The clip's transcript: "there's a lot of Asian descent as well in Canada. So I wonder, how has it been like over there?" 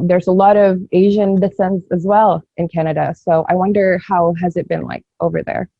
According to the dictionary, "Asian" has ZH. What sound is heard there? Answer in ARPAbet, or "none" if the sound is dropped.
ZH